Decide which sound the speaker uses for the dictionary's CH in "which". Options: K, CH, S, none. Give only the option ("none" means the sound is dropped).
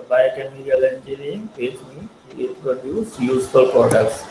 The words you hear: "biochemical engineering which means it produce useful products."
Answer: S